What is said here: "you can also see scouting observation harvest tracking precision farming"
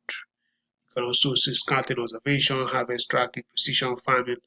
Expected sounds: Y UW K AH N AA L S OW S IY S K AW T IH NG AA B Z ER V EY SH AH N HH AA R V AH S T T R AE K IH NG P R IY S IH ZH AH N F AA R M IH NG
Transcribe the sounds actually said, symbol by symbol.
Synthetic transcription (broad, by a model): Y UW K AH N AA S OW S IY S K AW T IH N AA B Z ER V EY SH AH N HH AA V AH S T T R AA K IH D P IY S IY SH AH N F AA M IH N